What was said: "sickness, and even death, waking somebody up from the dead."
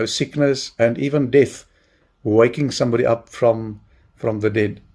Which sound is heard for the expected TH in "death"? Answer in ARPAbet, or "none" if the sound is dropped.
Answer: TH